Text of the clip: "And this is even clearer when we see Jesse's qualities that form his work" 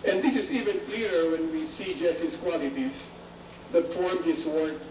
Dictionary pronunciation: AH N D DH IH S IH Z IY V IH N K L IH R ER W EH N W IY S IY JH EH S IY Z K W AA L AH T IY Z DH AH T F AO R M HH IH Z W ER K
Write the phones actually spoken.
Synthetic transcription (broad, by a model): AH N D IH S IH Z IY V IH N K L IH R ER W EH N W IY S IY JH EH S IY S K W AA L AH T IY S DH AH T F AO R M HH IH S W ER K